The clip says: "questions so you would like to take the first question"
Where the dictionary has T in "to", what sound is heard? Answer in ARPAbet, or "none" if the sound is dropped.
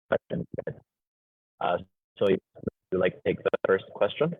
T